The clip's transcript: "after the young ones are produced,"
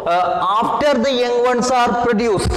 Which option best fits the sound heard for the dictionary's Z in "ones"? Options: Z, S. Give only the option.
S